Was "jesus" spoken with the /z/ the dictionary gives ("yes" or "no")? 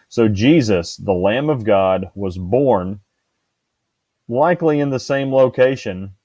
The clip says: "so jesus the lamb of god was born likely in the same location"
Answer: yes